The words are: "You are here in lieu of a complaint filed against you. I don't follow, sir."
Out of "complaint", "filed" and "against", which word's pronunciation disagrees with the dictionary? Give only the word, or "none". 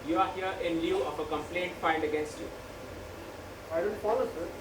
filed